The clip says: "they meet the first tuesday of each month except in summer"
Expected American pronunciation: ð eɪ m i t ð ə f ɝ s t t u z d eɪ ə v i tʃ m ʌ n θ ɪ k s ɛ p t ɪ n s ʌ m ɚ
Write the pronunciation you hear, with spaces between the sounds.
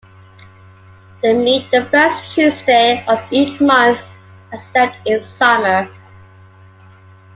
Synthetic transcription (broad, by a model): ð eɪ m i t ð ə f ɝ s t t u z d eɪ ə v i tʃ m ʌ n θ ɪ s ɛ t ɪ n s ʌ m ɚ